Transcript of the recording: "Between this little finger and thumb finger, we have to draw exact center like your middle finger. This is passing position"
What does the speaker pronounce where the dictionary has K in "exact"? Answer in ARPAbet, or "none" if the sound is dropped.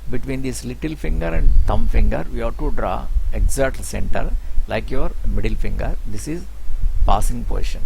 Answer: none